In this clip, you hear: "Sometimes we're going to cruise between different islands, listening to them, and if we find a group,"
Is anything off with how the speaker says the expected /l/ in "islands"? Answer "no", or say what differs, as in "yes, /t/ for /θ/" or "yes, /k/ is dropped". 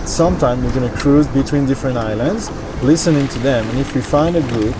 no